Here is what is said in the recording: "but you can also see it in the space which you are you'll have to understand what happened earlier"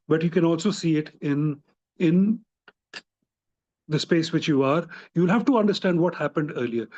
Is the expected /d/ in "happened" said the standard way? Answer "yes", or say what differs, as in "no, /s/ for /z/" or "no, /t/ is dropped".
yes